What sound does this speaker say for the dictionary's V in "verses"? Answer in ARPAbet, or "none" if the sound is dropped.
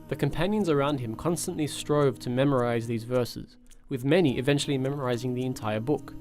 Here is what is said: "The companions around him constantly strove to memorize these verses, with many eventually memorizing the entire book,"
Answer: V